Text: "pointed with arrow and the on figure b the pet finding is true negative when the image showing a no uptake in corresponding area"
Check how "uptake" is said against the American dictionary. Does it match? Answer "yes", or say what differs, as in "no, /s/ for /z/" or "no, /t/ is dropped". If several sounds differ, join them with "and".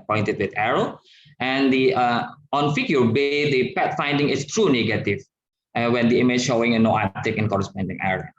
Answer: no, /p/ is dropped